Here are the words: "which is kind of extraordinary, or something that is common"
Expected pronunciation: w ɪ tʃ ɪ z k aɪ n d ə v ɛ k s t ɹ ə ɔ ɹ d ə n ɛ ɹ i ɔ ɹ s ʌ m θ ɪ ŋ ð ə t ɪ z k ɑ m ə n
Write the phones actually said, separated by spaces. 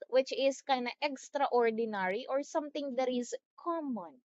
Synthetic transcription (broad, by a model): w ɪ tʃ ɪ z k aɪ n ə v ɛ k s t ɹ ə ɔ ɹ d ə n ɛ ɹ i ɔ ɹ s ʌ m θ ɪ ŋ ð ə t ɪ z k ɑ m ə n